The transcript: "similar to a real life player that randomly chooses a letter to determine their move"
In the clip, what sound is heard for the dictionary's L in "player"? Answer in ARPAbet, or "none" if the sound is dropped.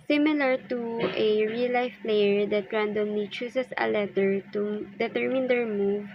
L